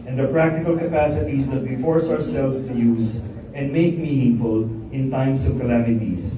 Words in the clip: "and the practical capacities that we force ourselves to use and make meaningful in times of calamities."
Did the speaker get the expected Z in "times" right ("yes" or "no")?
no